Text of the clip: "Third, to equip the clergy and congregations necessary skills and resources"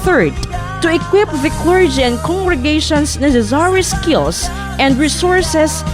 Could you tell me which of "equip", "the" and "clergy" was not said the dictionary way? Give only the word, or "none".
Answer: none